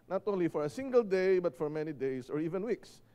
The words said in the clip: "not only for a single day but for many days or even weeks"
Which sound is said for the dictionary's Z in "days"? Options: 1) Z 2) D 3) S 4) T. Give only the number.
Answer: 3